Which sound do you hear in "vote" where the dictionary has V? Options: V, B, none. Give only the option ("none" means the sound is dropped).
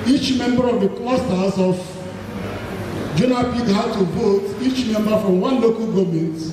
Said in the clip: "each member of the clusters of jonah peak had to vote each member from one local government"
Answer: B